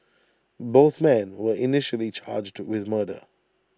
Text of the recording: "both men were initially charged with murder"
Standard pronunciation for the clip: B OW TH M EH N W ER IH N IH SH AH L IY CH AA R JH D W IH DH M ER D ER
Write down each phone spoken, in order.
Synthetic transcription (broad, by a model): B OW TH M EH N W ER IH N IH SH AH L IY CH AA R JH D W IH DH M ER D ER